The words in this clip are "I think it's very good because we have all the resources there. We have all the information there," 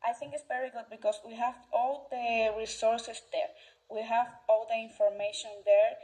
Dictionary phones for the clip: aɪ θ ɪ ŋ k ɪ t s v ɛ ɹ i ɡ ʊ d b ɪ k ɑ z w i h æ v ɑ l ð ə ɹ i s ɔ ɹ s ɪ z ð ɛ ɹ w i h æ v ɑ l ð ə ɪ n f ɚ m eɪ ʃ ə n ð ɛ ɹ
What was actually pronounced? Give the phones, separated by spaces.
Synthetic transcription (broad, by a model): aɪ θ ɪ ŋ k ɪ t s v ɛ ɹ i ɡ ʊ d b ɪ k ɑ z w i h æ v ɑ l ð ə ɹ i s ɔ ɹ s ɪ s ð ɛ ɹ w i h æ v ɑ l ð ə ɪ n f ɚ m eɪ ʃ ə n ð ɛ ɹ